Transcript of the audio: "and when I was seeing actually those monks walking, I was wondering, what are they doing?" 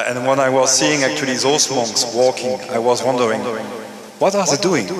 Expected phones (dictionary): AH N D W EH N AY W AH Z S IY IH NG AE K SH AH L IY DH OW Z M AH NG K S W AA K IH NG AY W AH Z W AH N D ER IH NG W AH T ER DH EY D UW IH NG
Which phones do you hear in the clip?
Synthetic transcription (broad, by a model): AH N W EH N AY W AH Z S IY IH NG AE K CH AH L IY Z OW S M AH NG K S W AA K IH NG AY W AH Z W AH N D ER IH NG W AH T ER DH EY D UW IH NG